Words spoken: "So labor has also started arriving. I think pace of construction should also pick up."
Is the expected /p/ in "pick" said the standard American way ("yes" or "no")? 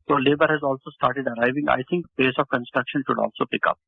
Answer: yes